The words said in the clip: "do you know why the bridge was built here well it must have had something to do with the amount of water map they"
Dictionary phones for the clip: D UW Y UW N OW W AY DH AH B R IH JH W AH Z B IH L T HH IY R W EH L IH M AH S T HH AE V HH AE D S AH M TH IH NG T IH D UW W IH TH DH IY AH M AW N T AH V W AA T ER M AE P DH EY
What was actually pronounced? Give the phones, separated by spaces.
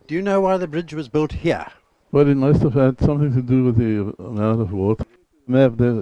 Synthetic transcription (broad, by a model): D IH Y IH N OW W AY DH AH B R IH JH W AH Z B IH L T HH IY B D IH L IH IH S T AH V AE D S AH M TH IH NG T IH D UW W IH DH IY AH M AW N T AH V W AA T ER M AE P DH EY